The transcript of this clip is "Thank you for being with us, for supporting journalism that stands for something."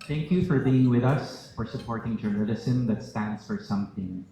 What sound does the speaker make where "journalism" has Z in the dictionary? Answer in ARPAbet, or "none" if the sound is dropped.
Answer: S